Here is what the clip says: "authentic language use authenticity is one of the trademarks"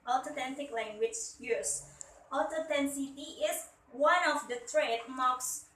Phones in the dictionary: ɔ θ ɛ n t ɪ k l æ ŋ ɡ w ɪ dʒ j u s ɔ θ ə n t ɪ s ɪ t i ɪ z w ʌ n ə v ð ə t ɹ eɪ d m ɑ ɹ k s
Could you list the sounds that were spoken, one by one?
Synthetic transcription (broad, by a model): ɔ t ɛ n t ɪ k l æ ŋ ɡ w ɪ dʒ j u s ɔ t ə t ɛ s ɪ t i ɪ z w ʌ n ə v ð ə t ɹ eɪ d m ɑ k s